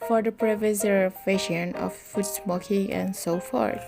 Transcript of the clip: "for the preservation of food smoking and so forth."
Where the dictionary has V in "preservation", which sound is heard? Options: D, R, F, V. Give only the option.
F